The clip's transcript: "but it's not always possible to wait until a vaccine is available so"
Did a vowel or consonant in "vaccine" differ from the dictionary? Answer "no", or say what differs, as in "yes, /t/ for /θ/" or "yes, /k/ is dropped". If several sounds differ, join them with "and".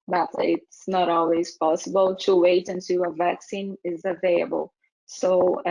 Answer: no